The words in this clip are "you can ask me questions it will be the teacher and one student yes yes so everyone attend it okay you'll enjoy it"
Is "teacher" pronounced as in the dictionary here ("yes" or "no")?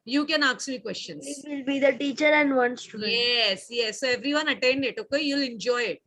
yes